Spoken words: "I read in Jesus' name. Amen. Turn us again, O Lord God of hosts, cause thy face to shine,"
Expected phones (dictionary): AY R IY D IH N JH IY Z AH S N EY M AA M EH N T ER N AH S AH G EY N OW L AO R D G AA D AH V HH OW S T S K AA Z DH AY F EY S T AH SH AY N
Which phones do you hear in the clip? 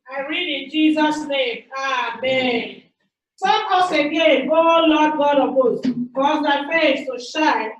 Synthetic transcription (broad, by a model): AY R IY D IH N JH IY Z AH S N EY M AA M EH N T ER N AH S AH G EY N OW L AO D G AA D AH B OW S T K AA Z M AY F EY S T AH SH AY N